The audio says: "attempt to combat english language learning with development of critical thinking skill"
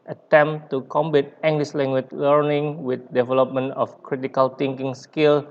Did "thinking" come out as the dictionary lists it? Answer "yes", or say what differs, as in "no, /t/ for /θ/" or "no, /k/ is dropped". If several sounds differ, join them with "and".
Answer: no, /t/ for /θ/